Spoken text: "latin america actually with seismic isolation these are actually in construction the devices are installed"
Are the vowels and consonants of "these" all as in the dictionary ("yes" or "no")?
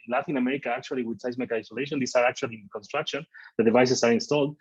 no